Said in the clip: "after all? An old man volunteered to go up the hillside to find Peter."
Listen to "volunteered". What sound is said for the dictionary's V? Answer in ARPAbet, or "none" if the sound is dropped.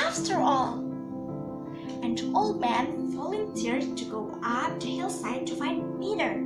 F